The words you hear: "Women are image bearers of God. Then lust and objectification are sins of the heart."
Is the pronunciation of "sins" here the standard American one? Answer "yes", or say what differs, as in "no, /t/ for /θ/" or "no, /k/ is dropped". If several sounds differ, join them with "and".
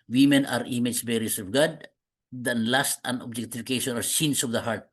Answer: no, /s/ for /z/